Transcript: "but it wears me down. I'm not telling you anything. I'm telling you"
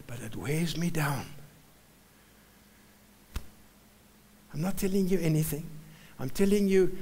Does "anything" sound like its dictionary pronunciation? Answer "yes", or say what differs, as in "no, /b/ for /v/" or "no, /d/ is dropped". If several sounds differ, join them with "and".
yes